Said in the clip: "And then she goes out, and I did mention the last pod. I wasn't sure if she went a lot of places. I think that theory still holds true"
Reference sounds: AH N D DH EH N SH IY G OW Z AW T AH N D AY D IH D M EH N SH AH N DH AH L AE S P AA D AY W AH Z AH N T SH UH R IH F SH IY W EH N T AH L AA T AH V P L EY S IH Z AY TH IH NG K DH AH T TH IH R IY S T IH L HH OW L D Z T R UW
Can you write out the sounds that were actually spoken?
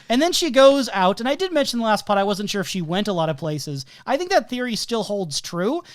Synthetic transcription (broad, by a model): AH N DH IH N SH IY G OW Z AW T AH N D AY D IH D M EH N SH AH N DH AH L AE S P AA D AY W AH Z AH N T SH UH R IH F SH IY W EH N T AH L AA T AH V P L EY S IH Z AY TH IH NG K DH AH T TH IH R IY S T IH L HH OW L D Z T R UW